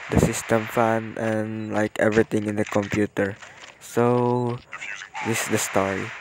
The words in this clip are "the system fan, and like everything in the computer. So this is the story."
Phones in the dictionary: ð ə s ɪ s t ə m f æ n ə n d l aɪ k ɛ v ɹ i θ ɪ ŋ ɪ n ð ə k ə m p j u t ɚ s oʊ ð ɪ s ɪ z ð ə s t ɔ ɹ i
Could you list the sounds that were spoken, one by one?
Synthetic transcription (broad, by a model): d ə s ɪ s t ə m f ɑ n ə n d l aɪ k ɛ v ɹ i t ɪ ŋ ɪ n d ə k ə m p j u t ɚ s oʊ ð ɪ s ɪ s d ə s t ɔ ɹ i